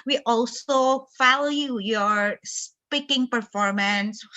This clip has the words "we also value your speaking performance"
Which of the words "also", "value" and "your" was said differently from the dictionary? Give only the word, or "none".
value